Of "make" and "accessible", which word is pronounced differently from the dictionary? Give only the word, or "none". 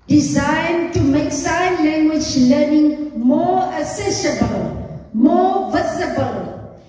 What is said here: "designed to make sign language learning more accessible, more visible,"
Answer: accessible